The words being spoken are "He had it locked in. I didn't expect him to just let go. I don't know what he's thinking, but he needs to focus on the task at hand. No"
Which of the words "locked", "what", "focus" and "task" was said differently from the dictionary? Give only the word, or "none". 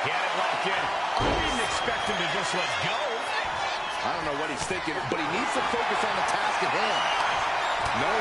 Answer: locked